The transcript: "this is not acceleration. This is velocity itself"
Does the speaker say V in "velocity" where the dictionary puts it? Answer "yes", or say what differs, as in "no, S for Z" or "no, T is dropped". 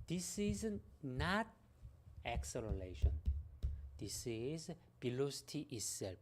no, B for V